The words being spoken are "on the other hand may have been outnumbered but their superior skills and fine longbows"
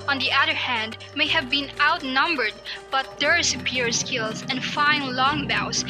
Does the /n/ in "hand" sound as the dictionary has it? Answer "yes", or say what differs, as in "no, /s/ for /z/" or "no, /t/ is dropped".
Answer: yes